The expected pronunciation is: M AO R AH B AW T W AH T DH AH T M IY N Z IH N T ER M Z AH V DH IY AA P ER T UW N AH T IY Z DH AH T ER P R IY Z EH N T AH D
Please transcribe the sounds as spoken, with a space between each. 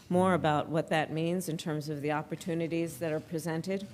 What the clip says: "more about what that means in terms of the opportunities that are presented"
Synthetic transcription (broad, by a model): M AO R AH B AW T W AH T DH AH T M IY N Z IH N T ER M Z AH V DH IY AA P ER T UW N AH T IY Z DH AH T ER P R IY Z EH N T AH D